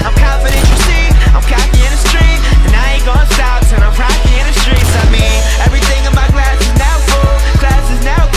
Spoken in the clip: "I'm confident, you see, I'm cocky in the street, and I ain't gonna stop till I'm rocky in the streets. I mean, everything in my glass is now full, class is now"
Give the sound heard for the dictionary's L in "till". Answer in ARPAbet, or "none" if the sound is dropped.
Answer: N